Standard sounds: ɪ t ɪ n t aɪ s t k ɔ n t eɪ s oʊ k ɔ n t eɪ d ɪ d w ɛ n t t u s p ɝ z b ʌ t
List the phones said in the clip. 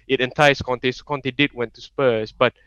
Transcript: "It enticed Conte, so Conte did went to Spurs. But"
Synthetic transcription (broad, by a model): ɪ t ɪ n t aɪ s k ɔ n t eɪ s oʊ k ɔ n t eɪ d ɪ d w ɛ n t t u s p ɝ s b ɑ t